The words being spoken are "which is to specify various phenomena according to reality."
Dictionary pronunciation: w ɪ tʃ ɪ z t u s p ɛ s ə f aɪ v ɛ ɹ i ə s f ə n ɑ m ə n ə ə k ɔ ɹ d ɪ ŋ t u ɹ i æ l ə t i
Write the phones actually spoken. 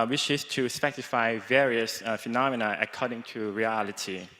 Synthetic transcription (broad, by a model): w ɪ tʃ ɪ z t u s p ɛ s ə f aɪ v ɛ ɹ i ə s f ə n ɑ m ə n ə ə k ɔ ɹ d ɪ ŋ t u ɹ i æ l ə t i